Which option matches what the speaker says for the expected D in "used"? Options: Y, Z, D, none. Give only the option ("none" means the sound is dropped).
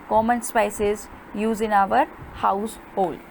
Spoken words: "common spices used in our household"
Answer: none